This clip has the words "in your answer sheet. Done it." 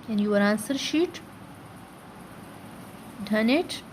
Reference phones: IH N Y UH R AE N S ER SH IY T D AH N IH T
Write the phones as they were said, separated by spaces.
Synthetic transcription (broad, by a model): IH N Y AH R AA N S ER SH IY T D AH N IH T